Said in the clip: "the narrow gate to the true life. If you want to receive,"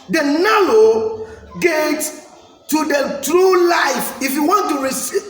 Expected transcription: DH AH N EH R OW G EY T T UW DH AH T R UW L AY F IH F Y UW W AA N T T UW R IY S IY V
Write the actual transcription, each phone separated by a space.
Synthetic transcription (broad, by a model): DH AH N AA L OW G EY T T UW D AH T R UW L AY F IH F Y UW W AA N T T UW R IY S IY